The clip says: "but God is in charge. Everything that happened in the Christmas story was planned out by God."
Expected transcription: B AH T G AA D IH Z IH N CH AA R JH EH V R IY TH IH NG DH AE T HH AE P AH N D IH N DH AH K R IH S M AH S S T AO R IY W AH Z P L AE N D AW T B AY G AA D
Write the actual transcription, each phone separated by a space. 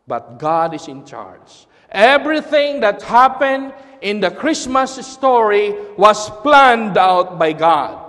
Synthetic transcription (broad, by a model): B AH T G AA D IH S IH N CH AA R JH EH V R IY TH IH NG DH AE T HH AE P AH N D IH N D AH K R IH S M AH S S T AO R IY W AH S P L AE N D AW T B AY G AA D